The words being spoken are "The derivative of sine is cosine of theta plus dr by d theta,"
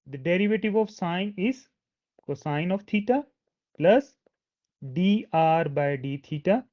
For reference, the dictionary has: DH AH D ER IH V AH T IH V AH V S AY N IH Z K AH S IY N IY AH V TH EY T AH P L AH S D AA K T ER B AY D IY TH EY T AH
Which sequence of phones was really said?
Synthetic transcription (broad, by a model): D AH D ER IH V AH T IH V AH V S AY N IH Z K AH S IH N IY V T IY T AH P L AH S D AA T B AY D IY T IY T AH